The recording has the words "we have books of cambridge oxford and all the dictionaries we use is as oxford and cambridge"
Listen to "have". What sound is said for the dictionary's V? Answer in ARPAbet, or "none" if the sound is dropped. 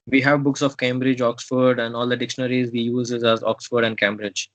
V